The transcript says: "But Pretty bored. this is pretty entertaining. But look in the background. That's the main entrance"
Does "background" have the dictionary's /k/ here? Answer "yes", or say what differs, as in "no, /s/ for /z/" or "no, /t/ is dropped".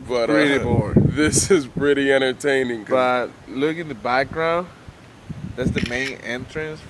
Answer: yes